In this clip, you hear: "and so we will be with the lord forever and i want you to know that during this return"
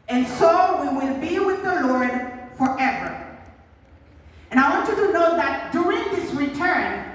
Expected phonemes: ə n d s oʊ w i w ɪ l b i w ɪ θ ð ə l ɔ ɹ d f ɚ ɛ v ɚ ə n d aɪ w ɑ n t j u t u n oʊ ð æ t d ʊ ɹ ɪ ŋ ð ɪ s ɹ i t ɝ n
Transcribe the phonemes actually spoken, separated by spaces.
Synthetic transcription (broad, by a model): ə n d s oʊ w i w ɪ l b i w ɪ ð ə l ɔ ɹ d f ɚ ɛ v ɚ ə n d aɪ w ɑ n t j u t u n oʊ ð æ t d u ɪ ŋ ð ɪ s ɹ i t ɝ n